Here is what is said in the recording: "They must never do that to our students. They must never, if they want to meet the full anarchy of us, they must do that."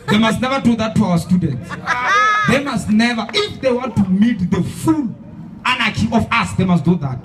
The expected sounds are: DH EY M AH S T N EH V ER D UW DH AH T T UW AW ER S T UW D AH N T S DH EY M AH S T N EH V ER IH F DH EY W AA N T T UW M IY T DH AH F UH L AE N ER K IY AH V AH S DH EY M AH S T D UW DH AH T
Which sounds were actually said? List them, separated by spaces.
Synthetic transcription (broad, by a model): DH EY M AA S T N EH V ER D UW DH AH T T UW AW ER S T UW D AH N T S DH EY M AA S T N EH V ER IH F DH EY W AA N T T UW M IY T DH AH F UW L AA N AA K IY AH F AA S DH EY M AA S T D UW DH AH T